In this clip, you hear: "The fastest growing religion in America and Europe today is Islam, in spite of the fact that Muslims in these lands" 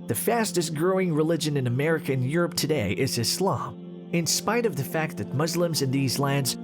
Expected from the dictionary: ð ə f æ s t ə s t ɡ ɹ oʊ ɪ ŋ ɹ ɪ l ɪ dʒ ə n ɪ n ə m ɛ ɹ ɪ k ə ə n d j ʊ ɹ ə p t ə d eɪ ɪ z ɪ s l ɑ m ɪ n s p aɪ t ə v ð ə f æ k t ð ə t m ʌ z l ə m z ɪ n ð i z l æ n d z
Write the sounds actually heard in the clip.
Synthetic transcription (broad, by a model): ð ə f æ s t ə s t ɡ ɹ oʊ ɪ ŋ ɹ ɪ l ɪ dʒ ə n ɪ n ə m ɛ ɹ ɪ k ə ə n j ʊ ɹ ə p t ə d eɪ ɪ z ɪ s l ɑ m ɪ n s p aɪ t ə v ð ə f æ k t ð ə t m ʌ z l ə m z ɪ n ð i z l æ n d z